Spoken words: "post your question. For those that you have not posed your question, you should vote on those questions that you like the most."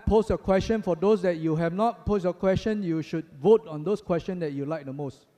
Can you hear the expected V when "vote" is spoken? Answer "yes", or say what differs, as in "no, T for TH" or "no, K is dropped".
yes